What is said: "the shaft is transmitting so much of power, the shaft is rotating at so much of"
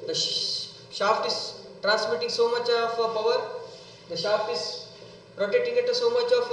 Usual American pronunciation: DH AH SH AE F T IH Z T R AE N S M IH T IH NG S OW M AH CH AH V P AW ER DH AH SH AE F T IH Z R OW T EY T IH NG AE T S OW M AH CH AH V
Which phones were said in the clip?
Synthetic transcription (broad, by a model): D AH SH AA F T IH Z T R AE N S M IH T IH NG S OW M AH CH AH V P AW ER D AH SH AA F T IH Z R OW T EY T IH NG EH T S OW M AH CH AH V